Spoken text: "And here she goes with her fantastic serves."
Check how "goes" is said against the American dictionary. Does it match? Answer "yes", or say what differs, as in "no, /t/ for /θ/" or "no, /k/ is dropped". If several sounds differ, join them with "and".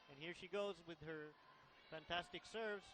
yes